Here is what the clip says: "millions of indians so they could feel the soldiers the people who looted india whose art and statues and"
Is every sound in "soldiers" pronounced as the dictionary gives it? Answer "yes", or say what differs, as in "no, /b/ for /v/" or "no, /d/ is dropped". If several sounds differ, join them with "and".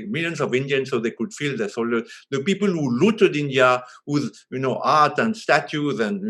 no, /dʒ/ is dropped